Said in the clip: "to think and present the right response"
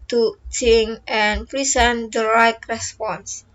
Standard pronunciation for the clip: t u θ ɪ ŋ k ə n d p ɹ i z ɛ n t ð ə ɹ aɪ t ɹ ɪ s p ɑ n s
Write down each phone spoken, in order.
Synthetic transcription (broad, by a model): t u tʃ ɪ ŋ ə n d p ɹ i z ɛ n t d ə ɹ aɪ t ɹ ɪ s p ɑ n s